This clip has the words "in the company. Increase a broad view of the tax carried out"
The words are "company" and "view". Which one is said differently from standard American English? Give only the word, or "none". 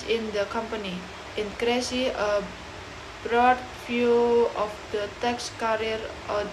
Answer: view